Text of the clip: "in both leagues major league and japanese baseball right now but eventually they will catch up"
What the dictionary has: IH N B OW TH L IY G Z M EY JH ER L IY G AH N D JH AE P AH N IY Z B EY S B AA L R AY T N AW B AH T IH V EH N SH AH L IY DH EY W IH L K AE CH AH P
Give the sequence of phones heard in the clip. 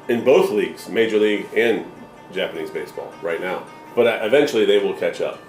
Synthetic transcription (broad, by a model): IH N B OW TH L IY G Z M EY JH ER L IY G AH N JH AE P AH N IY Z B EY S B AA L R AY T N AW B AH T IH V EH N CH L IY DH EY W IH L K AE CH AH P